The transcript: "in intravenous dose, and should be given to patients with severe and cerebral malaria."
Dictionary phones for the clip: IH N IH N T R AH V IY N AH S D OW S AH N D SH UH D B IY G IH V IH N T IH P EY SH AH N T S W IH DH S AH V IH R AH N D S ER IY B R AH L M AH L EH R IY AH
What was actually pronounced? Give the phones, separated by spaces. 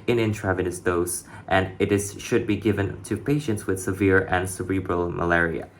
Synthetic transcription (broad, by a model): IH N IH N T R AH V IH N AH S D OW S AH N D SH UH D B IY G IH V IH N T IH P EY SH AH N T S W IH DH S AH V IH R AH N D S ER IY B R AH L M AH L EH R IY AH